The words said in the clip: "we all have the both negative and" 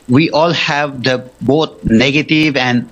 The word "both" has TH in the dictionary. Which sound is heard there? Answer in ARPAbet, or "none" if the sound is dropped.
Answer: T